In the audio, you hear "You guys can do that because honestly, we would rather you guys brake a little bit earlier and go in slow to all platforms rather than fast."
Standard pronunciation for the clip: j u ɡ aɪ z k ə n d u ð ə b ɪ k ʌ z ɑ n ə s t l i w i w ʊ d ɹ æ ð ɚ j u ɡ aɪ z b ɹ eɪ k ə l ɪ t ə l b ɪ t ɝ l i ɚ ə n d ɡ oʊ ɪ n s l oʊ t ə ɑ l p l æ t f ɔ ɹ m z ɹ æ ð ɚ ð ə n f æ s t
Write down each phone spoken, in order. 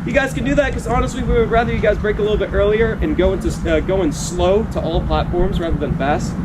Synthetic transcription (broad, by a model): j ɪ ɡ aɪ z k ə n d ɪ ð ə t k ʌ z ɑ n ə s t l i w i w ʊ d ɹ æ ð ɚ j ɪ ɡ aɪ z b ɹ eɪ k ə l ɪ t l b ɪ t ɝ l i ɚ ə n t ɡ oʊ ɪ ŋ s l oʊ t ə ɑ l p l æ t f ɔ ɹ m z ɹ æ ð ɚ ð ə n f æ s t